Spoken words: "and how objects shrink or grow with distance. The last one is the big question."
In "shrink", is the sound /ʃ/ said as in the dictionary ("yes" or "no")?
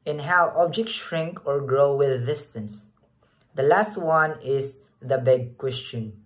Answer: yes